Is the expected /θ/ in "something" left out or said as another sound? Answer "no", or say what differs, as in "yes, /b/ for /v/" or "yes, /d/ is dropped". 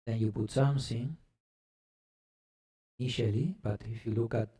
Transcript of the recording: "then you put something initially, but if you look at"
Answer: yes, /s/ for /θ/